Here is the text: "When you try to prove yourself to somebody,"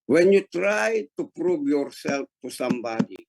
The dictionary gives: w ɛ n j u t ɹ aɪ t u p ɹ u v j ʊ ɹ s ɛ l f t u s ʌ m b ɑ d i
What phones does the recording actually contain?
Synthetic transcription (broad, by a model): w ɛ n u t ɹ aɪ t u p ɹ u b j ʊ ɹ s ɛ l t u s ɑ m b ɑ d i